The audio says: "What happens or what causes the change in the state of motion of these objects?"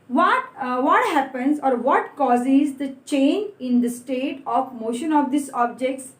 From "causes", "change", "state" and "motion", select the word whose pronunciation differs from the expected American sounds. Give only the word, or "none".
change